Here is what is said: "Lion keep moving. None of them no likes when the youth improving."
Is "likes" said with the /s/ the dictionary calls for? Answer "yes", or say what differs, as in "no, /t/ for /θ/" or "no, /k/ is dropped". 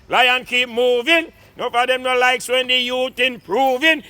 yes